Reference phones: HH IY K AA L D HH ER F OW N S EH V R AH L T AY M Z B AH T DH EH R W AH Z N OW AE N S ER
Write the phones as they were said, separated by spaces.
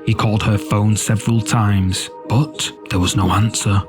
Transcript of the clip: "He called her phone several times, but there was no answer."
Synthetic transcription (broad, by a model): HH IY K AA L D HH ER F OW N S EH V R AH L T AY M Z B AH T DH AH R W AH Z N OW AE N S ER